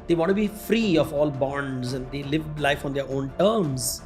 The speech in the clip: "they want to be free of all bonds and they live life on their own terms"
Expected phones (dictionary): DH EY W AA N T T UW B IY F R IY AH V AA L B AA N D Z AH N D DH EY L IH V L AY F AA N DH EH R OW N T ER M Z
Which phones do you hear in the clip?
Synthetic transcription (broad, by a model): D EY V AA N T T UW B IY F R IY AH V AA L B AA N D Z AH N D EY L IH V L AY F AA N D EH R OW N T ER M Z